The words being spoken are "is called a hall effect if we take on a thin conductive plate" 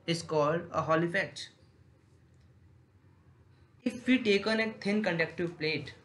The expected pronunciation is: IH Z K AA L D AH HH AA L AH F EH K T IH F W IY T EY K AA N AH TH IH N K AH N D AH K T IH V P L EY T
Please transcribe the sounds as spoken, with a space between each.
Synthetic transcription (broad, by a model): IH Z K AA L D AH HH AA L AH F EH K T IH F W IY T EY K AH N AH T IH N K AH N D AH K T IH P L EY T